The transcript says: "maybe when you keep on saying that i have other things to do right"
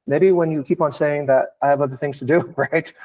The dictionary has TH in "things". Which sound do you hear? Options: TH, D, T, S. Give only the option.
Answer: TH